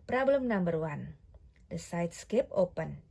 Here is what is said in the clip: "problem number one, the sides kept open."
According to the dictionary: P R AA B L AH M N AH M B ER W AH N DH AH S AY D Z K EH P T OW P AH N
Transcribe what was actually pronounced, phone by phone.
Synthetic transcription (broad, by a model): P R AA B L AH M N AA M B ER W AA N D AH S AY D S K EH P OW P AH N